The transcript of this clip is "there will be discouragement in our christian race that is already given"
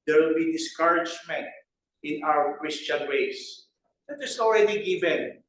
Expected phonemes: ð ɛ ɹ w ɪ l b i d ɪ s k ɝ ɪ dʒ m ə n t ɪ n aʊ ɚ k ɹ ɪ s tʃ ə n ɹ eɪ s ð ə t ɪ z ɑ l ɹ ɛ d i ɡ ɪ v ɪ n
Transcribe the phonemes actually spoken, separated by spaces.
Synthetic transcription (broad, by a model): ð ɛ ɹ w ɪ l b i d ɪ s k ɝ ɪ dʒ m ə n t ɪ n aʊ ɚ k ɹ ɪ s tʃ ə n w eɪ s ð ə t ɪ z ɑ l ɹ ɛ d i ɡ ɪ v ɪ n